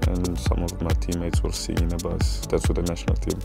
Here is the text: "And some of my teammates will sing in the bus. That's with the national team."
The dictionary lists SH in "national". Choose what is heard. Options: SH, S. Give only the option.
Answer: SH